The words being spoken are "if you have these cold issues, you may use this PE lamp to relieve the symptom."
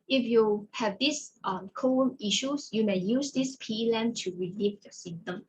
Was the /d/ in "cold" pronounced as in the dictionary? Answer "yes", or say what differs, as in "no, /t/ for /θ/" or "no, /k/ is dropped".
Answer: no, /d/ is dropped